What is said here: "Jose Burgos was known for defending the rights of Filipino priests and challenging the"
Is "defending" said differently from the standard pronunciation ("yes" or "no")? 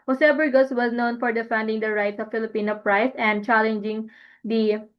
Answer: no